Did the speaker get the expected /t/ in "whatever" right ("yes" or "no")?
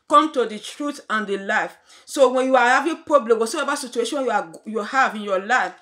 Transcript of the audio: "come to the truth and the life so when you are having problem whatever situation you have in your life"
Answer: no